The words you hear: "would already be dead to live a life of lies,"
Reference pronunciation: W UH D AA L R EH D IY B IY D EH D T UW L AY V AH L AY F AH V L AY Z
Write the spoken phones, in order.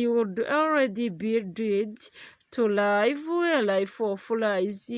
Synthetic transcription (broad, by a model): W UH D AA L R EH D IY B IY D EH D T UW L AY W AH L AY F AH F L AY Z